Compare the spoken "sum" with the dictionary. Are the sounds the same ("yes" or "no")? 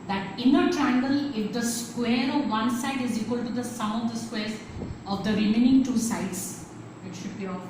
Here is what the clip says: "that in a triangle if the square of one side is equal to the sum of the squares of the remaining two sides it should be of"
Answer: no